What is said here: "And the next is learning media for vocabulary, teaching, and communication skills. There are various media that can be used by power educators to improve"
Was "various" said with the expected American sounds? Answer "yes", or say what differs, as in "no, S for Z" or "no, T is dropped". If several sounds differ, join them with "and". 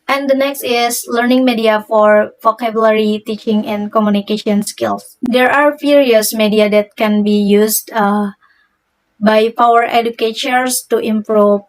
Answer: no, F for V